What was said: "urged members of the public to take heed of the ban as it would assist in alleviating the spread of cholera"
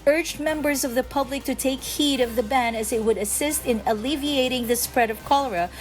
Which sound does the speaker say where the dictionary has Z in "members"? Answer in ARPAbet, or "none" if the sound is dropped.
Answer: Z